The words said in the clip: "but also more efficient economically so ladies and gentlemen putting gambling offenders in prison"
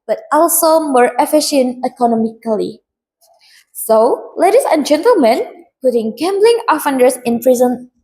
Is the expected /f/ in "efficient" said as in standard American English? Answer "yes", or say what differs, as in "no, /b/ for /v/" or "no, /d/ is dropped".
yes